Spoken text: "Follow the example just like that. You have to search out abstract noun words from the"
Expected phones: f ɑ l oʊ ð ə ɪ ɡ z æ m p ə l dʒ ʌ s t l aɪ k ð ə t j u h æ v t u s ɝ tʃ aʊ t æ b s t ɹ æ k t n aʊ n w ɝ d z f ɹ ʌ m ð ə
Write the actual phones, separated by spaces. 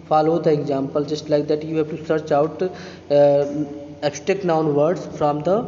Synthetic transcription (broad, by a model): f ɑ l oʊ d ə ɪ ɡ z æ m p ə l dʒ ʌ s t l aɪ k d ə t j u h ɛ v t u s ɝ tʃ aʊ t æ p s t ɛ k n aʊ n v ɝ d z f ɹ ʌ m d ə